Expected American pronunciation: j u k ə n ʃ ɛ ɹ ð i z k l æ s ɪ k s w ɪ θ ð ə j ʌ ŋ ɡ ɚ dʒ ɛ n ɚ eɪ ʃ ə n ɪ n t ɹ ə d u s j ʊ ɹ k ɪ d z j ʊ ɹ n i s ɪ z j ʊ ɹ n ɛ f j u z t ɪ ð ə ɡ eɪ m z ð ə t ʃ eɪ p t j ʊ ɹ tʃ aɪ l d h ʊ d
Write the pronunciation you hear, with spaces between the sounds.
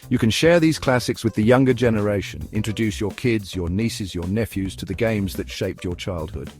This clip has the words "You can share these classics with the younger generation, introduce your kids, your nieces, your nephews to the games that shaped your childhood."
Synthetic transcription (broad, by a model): j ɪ k ə n ʃ ɛ ɹ ð i z k l æ s ɪ k s w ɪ ð ə j ʌ ŋ ɡ ɚ dʒ ɛ n ɚ eɪ ʃ ə n ɪ n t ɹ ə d u s j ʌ ɹ k ɪ d z j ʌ ɹ n i s ɪ z j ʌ ɹ n ɛ f j u z t ɪ ð ə ɡ eɪ m z ð ə t ʃ eɪ p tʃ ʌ ɹ tʃ aɪ l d h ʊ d